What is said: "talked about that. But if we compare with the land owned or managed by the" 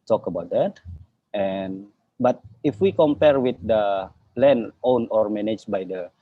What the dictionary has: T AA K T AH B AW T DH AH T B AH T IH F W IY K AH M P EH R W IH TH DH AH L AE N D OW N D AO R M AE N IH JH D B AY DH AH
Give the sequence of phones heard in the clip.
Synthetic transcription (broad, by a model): T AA K AH B AW T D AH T B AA T IH F W IY K AH M P EH R W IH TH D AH L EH N OW N AO R M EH N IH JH B AY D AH